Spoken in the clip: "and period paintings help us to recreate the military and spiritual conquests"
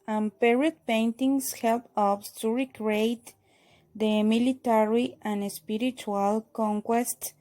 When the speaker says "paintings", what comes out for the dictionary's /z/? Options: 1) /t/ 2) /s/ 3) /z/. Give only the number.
2